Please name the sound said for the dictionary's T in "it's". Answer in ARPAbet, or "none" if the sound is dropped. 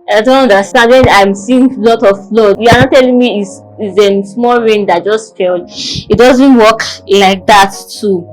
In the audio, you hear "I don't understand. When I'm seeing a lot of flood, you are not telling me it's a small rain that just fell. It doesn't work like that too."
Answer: S